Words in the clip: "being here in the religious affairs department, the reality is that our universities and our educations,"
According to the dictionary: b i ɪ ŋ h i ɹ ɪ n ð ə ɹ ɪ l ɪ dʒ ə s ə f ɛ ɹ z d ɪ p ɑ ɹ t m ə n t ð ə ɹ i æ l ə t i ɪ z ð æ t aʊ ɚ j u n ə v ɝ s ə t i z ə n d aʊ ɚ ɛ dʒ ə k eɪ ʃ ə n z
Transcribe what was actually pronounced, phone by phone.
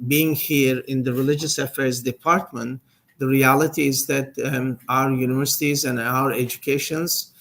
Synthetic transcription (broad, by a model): b i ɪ ŋ h i ɹ ɪ n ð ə ɹ ɪ l ɪ dʒ ə s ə f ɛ ɹ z d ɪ p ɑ ɹ t m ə n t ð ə ɹ i æ l ə t i ɪ z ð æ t aʊ ɚ j u n ə v ɝ s ə t i z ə n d aʊ ɚ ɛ dʒ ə k eɪ ʃ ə n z